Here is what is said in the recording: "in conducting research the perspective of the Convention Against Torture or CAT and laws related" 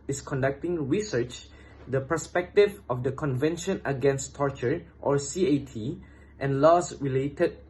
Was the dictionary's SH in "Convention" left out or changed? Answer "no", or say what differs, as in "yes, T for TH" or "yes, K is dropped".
no